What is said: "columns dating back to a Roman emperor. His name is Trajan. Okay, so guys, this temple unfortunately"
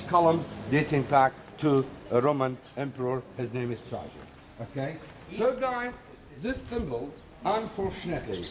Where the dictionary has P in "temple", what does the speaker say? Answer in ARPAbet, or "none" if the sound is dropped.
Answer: B